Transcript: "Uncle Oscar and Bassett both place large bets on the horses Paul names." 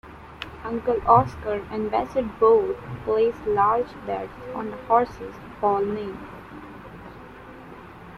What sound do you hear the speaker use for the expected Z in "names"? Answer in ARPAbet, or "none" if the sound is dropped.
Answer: none